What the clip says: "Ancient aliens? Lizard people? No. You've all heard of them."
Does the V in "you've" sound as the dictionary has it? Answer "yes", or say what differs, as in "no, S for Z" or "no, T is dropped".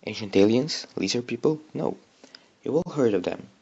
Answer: no, W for V